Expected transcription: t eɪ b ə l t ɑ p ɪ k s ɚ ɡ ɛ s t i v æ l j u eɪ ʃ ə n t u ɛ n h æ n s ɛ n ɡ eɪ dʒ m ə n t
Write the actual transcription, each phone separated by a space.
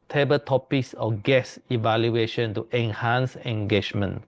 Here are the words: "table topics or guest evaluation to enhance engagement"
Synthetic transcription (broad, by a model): t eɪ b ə t ɑ p ɪ k s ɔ ɡ ɛ s i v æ l j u eɪ ʃ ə n t u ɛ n h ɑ n s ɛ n ɡ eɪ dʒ m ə n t